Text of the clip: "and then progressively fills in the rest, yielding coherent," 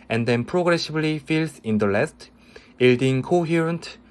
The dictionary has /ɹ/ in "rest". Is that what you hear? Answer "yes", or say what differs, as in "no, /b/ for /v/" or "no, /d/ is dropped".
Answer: no, /l/ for /ɹ/